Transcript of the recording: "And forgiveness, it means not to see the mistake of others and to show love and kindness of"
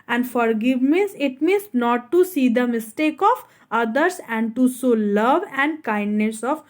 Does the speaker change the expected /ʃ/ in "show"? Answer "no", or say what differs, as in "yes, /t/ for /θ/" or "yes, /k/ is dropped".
yes, /s/ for /ʃ/